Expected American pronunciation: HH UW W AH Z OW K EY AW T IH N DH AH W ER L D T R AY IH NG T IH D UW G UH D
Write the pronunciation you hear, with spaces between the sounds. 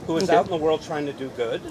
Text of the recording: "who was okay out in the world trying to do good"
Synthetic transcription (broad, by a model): HH UW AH Z AW T N DH AH W ER L D T R AY IH NG T IH D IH G UH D